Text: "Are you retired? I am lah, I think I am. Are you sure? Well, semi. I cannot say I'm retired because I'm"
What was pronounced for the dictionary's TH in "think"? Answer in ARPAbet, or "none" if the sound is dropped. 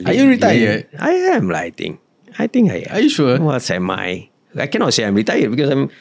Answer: T